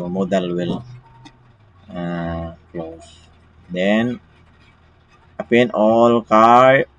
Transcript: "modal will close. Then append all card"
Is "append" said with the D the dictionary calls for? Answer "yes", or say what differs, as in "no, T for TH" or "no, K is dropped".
no, D is dropped